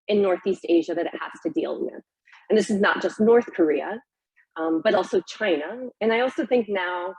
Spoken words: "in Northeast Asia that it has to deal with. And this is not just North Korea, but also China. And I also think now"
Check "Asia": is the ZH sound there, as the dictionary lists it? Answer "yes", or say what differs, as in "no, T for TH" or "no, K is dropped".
yes